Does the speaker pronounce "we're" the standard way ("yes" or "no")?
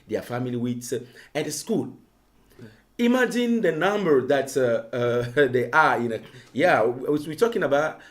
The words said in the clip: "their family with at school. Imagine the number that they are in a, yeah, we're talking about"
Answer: no